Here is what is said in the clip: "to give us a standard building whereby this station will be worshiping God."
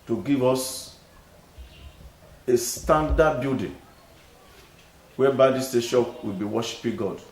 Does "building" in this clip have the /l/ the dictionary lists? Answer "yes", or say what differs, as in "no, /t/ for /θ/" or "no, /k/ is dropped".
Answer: no, /l/ is dropped